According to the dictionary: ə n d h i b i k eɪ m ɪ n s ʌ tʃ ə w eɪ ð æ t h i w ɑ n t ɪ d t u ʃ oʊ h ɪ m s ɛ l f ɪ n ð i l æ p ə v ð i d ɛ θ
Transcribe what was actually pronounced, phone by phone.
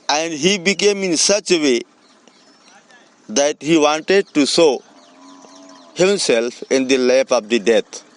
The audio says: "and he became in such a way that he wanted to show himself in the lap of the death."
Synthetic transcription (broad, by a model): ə n d h i b i k eɪ m ɪ n s ʌ tʃ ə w eɪ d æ t h i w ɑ n t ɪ d t u s oʊ h ɪ m s ɛ l f ɪ n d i l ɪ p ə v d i d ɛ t